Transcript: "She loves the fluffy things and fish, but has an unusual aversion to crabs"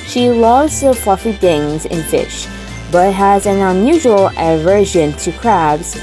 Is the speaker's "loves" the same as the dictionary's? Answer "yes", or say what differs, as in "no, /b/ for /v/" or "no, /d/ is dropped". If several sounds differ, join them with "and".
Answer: no, /v/ is dropped